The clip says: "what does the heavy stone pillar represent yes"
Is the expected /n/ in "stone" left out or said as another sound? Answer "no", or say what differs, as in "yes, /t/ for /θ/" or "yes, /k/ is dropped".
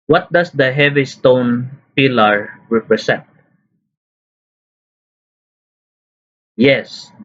no